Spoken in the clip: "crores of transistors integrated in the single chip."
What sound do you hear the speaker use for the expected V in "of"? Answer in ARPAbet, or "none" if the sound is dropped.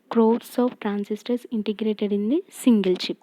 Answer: P